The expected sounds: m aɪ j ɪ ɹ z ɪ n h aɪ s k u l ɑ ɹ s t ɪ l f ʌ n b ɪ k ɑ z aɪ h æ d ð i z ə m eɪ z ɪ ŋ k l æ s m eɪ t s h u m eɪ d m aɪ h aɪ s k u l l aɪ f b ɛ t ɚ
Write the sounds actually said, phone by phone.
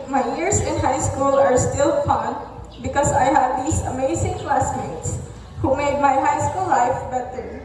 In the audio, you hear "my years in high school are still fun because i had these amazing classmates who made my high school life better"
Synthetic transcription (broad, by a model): m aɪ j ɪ ɹ s ɪ n h aɪ s k u l ɑ ɹ s t ɪ l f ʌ n b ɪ k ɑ s aɪ h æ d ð i s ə m eɪ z ɪ ŋ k l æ s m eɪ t s h u m eɪ d m aɪ h aɪ s k u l l aɪ f b ɛ t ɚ